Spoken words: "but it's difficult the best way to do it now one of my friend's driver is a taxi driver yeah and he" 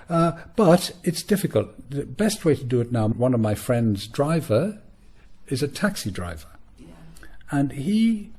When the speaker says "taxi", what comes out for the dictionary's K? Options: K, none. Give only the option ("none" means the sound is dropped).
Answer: K